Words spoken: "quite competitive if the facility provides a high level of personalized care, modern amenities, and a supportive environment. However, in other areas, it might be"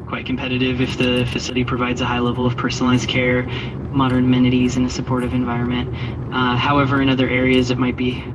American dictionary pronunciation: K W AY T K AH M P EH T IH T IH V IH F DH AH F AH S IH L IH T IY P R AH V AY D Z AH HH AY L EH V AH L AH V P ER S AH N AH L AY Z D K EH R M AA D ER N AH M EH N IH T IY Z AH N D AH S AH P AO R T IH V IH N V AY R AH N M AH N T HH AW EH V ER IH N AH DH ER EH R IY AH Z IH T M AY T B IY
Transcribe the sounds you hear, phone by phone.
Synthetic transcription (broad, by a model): K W AY T K M P EH T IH T IH V IH F DH AH F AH S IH L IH T IY P R AH V AY D Z AH HH AY L EH V L AH V P ER S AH N L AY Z K EH R M AA D ER N M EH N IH T IY Z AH N AH S AH P AO R T IH V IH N V AY R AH N M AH N T HH AW EH V ER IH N AH DH ER EH R IY AH Z IH T M AY T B IY